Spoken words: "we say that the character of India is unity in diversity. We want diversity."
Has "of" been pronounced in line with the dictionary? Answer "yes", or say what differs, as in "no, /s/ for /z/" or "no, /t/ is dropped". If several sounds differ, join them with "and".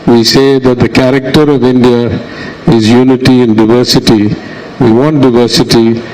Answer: yes